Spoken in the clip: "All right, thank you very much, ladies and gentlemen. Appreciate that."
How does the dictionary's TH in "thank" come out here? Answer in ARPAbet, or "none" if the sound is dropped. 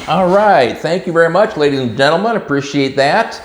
TH